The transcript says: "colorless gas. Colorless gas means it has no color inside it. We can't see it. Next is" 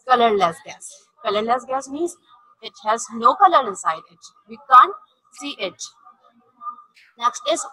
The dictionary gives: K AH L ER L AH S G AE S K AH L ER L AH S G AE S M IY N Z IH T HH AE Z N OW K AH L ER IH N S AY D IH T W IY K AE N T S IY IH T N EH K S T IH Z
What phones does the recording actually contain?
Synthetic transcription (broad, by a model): K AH L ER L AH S G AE S K AH L ER L AH S G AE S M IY Z IH T HH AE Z N OW K AH L ER IH N S AY D IH T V IY K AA N T S IY IH T N EH K S T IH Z